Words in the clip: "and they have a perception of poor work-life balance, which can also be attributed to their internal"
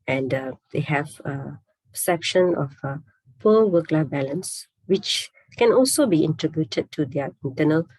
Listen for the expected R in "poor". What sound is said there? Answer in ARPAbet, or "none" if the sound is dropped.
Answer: L